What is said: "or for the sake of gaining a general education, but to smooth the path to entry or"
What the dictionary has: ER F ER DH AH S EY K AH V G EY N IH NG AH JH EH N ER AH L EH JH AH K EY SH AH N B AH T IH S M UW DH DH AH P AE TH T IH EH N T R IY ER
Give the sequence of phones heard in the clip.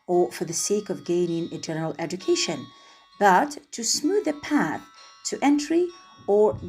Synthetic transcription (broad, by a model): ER F ER DH AH S EY K AH V G EY N IH NG AH JH EH N ER AH L EH JH AH K EY SH AH N B AH T IH S M UW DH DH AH P AE TH T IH EH N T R IY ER